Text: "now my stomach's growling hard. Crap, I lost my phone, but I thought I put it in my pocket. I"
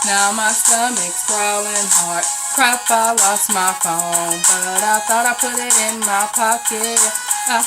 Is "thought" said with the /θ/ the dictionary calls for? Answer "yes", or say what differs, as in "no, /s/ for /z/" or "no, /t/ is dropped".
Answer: yes